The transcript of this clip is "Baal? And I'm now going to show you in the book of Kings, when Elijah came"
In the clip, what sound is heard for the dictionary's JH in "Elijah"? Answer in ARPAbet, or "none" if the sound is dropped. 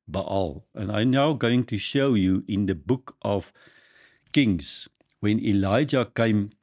JH